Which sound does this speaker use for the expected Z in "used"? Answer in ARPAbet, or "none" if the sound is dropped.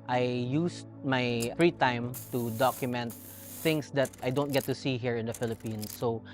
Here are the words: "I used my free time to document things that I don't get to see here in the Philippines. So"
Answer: S